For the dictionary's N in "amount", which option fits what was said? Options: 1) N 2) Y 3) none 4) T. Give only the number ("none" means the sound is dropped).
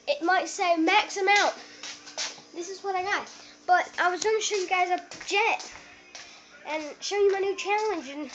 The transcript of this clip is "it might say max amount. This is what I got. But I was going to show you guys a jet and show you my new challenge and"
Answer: 3